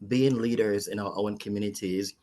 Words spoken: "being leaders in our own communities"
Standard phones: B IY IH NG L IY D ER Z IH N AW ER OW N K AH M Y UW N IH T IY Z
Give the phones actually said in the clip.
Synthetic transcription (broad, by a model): B IY IH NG L IY D ER Z IH N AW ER OW N K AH M Y UW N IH T IY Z